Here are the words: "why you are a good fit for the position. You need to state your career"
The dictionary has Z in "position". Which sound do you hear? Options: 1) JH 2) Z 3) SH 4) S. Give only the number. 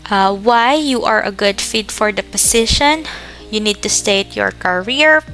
4